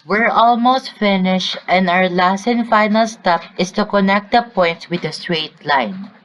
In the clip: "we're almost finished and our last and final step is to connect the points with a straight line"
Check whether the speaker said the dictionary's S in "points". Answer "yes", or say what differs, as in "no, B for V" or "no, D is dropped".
no, S is dropped